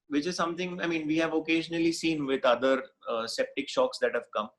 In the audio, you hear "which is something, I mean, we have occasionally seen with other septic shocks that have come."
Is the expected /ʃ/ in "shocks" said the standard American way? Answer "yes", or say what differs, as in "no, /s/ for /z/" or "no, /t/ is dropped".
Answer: yes